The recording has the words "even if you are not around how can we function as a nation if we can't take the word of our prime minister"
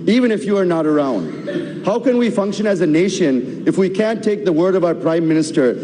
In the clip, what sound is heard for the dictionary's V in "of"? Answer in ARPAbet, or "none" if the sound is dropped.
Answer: V